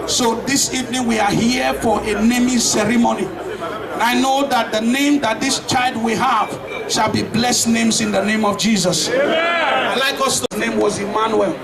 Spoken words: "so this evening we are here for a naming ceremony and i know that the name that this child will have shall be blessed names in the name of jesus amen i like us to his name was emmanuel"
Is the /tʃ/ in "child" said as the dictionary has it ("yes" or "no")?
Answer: yes